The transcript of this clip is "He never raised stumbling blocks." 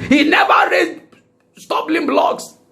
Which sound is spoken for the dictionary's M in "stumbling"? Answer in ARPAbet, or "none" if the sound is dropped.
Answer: none